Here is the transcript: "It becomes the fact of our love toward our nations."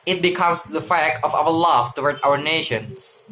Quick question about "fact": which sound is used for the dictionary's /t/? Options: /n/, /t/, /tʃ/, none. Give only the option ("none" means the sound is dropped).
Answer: none